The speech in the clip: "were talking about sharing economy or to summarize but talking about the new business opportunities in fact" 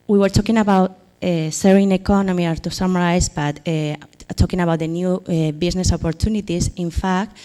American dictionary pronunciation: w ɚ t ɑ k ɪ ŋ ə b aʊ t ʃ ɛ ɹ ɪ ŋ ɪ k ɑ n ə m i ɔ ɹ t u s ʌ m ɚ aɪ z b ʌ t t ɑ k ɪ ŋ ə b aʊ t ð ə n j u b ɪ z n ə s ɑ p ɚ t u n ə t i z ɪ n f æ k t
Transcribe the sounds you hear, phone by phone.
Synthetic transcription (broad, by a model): w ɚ t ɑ k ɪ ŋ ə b aʊ t s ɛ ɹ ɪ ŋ ɪ k ɑ n ə m i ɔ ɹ t u s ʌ m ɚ aɪ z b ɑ t t ɑ k ɪ ŋ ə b aʊ t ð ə n j u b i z n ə s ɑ p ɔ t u n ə t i s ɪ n f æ k t